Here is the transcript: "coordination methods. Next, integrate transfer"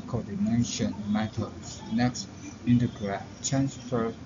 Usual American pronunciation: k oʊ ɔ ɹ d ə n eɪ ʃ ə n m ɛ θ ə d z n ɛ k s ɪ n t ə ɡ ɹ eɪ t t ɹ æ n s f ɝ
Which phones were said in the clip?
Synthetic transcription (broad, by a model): k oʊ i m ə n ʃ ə n m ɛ t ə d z n ɛ k s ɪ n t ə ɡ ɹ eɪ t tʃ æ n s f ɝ